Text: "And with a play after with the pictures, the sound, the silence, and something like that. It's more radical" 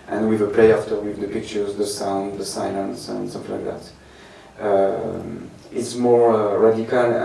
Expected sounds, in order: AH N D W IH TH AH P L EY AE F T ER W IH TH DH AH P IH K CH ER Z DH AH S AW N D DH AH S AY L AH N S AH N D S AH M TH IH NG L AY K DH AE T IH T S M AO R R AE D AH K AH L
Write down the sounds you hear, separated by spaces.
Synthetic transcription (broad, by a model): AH N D W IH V AH P L EY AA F T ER W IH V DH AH P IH K CH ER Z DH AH S AW N D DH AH S AY L AH N S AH N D S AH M F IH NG L AY K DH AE T IH T S M AO R R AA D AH K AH L